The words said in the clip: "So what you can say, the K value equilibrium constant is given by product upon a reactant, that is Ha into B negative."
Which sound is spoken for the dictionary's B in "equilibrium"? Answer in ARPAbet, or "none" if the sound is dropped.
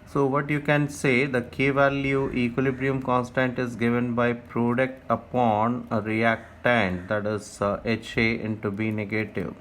B